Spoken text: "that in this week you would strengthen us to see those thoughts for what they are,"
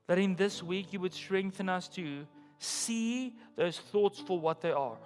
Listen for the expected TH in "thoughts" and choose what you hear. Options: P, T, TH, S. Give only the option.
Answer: TH